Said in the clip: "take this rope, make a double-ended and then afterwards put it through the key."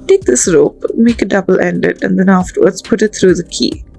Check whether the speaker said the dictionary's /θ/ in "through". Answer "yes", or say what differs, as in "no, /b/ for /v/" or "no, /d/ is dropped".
no, /t/ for /θ/